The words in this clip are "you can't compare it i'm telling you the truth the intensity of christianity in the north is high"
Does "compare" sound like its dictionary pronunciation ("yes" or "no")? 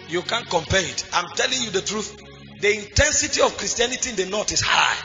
yes